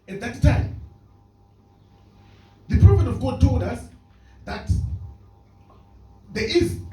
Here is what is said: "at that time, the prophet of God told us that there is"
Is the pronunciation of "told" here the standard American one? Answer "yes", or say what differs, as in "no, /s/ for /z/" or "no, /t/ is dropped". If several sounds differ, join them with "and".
yes